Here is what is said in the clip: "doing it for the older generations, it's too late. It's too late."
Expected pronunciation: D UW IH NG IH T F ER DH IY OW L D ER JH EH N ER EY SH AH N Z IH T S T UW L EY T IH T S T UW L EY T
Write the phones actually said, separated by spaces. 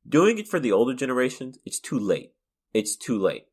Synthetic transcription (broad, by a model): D UW IH NG IH T F ER DH IY OW L D ER JH EH N ER EY SH AH N Z IH T S T UW L EY T IH T S T UW L EY T